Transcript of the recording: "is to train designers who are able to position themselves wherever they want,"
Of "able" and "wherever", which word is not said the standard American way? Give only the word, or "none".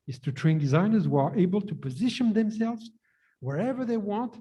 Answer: none